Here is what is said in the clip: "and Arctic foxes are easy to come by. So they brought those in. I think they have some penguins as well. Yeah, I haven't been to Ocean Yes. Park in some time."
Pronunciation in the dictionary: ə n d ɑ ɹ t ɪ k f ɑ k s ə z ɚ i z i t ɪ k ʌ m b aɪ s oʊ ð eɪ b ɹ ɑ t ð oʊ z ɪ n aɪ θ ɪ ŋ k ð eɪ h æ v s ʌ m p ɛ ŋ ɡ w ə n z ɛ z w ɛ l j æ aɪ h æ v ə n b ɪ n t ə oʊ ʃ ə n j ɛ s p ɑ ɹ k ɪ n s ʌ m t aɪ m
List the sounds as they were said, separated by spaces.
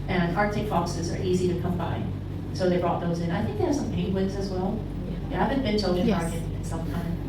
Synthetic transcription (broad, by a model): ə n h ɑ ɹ t ɪ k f ɑ k s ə z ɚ i z i t ɪ k ʌ m b aɪ s oʊ ð eɪ b ɹ ɑ t ð oʊ z ɪ n aɪ θ ɪ ŋ k ð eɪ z s ʌ m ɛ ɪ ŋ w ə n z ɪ z w ɛ l j æ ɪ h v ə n b ɪ n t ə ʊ ə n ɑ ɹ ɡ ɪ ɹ ɪ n s ʌ m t aɪ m